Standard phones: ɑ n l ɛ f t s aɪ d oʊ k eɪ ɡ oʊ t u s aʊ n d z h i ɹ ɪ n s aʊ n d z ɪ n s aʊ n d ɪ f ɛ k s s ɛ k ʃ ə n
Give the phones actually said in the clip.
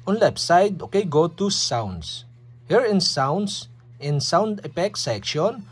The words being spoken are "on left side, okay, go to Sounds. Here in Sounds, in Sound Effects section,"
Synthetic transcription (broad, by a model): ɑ n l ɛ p s aɪ d oʊ k eɪ ɡ oʊ t u s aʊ n d s h i ɹ ɪ n s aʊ n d s ɪ n s aʊ n d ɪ p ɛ k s s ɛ k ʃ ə n